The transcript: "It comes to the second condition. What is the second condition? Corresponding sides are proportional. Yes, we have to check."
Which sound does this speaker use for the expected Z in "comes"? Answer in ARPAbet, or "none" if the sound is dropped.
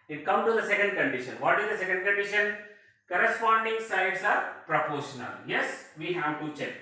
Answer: none